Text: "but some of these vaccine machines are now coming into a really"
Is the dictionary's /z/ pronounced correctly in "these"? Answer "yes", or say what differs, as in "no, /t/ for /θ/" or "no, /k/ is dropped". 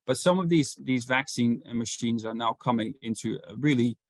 yes